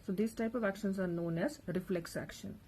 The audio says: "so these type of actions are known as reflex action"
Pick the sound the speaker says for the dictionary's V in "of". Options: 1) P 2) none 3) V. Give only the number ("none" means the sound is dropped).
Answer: 3